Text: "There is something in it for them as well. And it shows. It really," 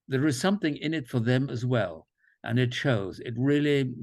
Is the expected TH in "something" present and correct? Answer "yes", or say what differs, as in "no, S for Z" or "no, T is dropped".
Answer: yes